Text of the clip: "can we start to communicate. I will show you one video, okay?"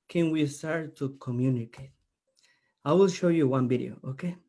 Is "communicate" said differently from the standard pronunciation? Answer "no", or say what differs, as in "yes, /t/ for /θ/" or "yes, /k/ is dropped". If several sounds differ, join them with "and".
no